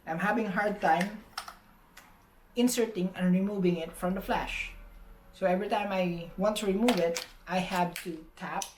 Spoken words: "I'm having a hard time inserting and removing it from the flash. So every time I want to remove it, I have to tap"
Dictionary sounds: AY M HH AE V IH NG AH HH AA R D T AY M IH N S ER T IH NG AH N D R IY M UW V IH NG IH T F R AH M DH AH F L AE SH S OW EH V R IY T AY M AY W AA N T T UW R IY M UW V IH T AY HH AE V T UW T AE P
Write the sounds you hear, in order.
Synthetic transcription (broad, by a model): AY M HH AE V IH NG HH AA R D T AY M IH N S ER T IH NG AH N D R IY M UW V IH NG IH T F R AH M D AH F L AE SH S OW EH V R IY T AY M AY W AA N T T UW R IY M UW V IH T AY HH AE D T UW T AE P